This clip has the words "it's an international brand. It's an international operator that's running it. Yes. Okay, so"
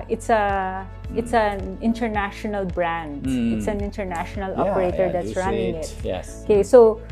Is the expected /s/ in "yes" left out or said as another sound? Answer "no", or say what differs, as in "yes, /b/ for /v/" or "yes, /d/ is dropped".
yes, /s/ is dropped